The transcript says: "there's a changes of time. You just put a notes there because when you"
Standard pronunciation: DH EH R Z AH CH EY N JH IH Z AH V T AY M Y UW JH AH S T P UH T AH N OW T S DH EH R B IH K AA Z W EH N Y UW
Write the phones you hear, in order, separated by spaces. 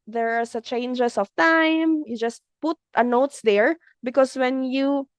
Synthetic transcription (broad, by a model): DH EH R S AH CH EY N JH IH S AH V T AY M Y UW JH AH S T P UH T AH N OW T S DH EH R B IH K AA S W EH N Y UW